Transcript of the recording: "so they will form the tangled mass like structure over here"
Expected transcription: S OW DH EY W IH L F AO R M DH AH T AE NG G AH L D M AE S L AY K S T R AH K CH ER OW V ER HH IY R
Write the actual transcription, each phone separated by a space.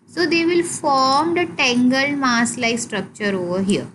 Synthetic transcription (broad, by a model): S OW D EY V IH L F AO R M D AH T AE NG G AH L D M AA S L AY S T R AH K CH ER OW V ER HH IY R